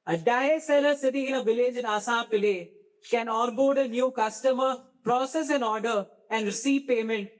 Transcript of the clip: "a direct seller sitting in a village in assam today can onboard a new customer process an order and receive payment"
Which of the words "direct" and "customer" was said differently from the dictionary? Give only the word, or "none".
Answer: direct